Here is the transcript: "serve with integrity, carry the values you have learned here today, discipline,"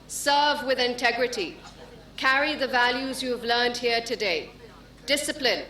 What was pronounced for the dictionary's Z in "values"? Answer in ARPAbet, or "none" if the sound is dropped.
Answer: Z